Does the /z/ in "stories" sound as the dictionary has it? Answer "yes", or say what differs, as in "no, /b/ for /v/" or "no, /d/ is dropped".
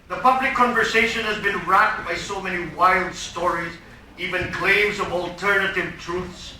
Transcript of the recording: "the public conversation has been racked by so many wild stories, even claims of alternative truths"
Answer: yes